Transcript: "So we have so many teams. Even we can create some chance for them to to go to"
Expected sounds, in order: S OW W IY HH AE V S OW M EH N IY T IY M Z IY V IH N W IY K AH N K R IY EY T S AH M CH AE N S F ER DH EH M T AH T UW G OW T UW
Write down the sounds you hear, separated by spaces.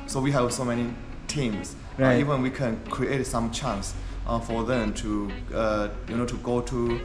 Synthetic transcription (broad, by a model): S OW W IY HH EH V S OW M EH N IY T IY M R IY V IH N W IY K AH N K R IY EY T S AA M CH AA N S F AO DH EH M T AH T UW G OW T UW